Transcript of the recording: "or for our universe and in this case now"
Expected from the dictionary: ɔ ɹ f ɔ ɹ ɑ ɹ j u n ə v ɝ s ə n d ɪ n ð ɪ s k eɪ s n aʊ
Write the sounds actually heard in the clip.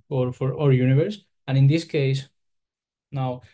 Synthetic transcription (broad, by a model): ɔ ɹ f ɔ ɹ ɑ ɹ j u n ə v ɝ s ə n ɪ n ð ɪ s k eɪ s n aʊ